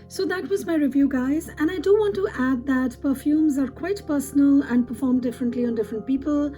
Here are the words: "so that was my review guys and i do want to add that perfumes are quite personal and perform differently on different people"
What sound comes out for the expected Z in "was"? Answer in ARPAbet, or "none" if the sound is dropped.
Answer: Z